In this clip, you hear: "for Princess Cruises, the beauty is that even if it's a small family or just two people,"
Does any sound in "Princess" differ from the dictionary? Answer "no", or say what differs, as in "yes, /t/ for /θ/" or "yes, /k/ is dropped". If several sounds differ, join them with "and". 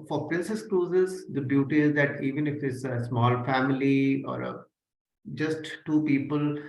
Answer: no